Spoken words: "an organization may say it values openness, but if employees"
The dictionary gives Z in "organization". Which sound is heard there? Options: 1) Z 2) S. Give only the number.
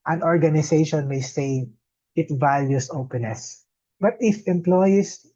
2